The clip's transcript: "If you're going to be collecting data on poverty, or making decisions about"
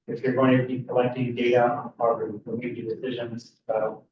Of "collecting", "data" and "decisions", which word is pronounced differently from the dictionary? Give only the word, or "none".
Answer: none